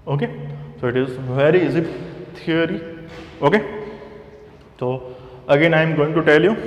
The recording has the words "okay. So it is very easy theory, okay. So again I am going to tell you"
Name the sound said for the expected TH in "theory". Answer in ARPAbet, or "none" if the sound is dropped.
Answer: T